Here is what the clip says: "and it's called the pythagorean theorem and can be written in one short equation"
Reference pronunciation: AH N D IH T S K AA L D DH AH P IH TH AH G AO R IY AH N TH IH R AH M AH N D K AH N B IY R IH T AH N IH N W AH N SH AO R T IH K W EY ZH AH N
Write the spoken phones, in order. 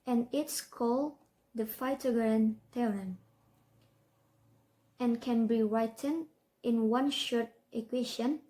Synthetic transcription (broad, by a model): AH N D IH T S K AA L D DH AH F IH T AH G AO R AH N T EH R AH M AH N K AH N B IY R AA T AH N IH N W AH N SH AO R T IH K W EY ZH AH N